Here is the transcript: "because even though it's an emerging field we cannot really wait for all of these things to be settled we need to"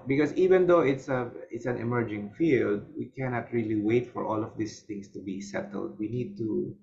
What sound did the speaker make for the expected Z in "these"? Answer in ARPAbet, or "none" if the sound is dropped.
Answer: S